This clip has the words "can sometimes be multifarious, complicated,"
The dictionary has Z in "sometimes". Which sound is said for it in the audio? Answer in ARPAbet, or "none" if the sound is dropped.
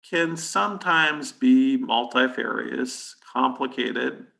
Z